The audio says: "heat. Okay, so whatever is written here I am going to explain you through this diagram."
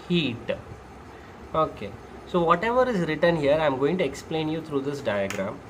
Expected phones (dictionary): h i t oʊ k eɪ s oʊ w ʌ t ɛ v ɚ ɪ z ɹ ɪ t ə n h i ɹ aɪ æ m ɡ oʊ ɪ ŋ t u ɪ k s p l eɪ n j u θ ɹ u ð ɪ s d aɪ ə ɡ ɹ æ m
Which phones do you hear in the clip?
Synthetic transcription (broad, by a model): h i t oʊ k eɪ s oʊ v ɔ t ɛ v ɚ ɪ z ɹ ɪ t ə n h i ɹ aɪ m ɡ oʊ ɪ ŋ t u ɪ k s p l eɪ n j u t ɹ u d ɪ s d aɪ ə ɡ ɹ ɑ m